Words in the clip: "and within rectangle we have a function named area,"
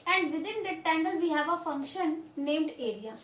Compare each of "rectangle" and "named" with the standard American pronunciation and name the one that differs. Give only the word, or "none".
rectangle